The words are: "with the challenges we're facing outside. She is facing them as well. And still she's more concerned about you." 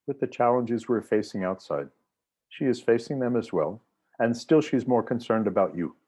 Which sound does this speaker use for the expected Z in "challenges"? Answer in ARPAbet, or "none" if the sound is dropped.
Z